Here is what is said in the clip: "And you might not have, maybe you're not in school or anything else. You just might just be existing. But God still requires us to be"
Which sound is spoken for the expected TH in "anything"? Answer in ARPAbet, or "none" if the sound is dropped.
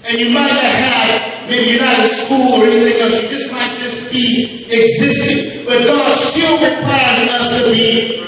TH